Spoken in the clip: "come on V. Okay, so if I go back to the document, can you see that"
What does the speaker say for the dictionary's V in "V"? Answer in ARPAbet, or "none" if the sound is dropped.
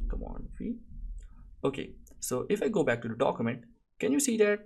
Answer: F